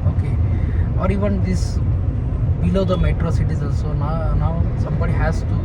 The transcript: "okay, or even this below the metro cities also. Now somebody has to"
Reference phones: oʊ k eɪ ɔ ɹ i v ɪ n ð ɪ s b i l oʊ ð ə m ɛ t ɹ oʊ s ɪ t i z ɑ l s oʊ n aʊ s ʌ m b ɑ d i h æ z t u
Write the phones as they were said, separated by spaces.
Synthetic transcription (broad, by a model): oʊ k eɪ ɔ ɹ i v ɪ n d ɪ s b i l oʊ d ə m ɛ t ɹ oʊ s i t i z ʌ n s oʊ n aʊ s ʌ m b ɑ d i h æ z t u